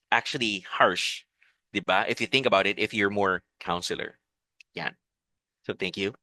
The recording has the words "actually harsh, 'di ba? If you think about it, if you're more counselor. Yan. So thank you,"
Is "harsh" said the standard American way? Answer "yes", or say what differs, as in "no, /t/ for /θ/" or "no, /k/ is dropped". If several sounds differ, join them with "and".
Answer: yes